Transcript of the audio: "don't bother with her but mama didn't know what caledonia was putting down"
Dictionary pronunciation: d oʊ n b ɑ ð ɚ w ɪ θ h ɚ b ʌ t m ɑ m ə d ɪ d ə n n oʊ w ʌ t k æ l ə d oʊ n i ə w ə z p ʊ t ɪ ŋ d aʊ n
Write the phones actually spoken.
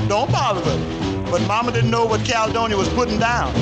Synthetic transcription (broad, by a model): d oʊ n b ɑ ɚ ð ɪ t b ʌ t m ɑ m ə d ɪ d n n oʊ w ʌ t k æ l d oʊ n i w ə z p ʊ t ɪ ŋ d aʊ n